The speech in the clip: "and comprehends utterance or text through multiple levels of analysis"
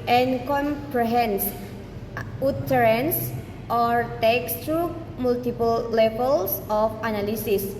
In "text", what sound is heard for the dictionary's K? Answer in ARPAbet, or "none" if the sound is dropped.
K